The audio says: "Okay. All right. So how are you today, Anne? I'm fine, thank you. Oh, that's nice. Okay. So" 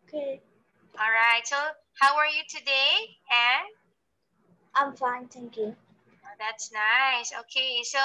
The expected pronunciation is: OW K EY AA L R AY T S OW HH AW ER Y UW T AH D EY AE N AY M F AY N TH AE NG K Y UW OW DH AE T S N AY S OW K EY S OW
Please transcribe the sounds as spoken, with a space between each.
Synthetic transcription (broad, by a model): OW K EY AA L R AY T S OW HH AW ER Y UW T AH D EY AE N AY M F AY N T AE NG K Y UW OW DH AE T S N AY S OW K EY S OW